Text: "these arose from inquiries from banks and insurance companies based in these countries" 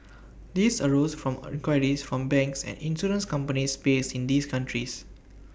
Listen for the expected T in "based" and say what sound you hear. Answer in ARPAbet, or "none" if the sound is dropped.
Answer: none